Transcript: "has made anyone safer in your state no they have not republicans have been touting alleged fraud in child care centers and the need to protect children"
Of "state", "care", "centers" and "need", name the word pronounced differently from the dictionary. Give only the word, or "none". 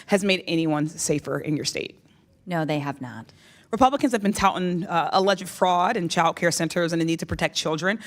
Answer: none